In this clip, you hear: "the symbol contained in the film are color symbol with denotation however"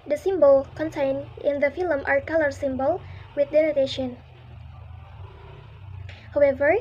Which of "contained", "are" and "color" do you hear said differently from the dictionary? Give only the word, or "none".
contained